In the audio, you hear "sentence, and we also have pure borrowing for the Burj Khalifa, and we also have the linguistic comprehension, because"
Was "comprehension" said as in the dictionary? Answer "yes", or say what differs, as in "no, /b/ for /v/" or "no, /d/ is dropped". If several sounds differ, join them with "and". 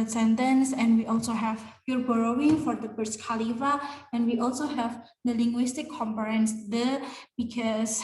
no, /ɹ/ is dropped